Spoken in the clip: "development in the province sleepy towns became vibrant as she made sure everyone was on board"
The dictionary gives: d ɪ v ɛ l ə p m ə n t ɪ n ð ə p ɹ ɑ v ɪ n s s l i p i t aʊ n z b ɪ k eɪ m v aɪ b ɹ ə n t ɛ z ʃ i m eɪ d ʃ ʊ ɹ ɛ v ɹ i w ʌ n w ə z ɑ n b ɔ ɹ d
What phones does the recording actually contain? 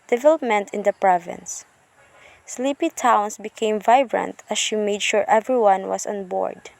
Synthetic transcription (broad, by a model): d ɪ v ɛ l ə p m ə n t ɪ n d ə p ɹ ɑ v ɪ n s s l i p i t aʊ n s b ɪ k eɪ m v aɪ b ɹ ə n t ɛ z ʃ i m eɪ d ʃ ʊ ɹ ɛ v ɹ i w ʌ n w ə s ɑ n b ɔ ɹ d